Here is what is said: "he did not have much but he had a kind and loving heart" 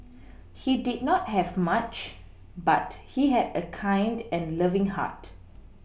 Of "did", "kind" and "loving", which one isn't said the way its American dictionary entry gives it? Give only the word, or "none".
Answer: none